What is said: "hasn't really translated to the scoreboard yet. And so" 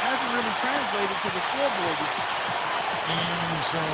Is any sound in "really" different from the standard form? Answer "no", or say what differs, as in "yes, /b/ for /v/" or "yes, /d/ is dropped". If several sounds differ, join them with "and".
yes, /n/ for /l/